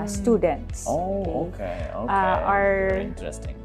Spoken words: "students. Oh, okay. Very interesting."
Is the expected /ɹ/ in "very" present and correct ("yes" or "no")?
no